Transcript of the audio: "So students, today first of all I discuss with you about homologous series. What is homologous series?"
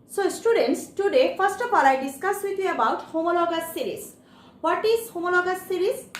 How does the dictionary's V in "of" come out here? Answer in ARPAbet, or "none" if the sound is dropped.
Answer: P